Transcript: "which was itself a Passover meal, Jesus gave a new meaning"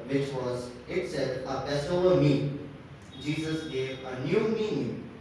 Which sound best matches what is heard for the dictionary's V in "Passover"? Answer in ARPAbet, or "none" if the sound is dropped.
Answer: none